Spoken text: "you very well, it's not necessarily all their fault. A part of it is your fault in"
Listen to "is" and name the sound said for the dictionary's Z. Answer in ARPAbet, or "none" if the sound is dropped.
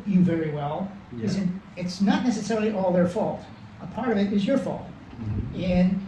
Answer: Z